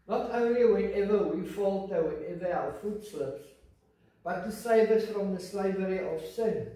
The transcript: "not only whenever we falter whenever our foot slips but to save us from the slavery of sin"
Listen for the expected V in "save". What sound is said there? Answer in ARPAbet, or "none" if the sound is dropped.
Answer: B